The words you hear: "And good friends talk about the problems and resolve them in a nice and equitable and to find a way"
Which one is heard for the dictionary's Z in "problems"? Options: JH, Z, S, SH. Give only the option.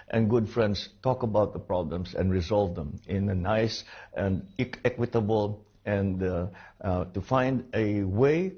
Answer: S